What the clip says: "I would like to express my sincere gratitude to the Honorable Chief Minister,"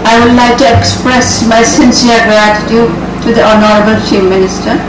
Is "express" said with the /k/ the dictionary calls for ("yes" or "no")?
yes